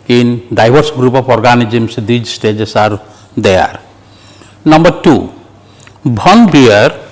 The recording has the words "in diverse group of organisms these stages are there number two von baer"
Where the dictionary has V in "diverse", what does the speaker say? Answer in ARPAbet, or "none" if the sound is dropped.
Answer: B